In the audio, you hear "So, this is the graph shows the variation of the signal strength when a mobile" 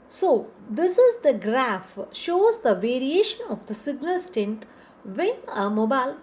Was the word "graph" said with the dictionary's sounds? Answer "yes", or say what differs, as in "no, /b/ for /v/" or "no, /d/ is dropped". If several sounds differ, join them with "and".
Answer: yes